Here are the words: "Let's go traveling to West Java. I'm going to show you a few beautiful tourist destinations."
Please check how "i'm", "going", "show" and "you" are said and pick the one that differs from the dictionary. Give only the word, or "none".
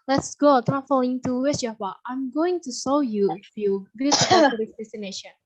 show